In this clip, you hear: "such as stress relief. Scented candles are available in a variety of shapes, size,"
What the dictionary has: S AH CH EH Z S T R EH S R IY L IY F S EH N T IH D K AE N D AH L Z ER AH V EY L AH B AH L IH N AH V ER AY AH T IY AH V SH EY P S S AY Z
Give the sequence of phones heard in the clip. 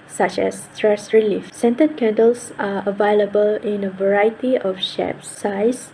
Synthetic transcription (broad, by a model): S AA CH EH S T R EH S R IY L IY F S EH N T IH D K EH N D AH L S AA AH V EY L AH B AH L IH N AH V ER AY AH T IY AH F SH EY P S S AY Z